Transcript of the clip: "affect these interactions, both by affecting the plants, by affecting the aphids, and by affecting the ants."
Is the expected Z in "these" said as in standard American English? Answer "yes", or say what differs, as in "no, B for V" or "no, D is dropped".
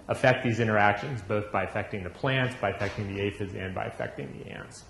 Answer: yes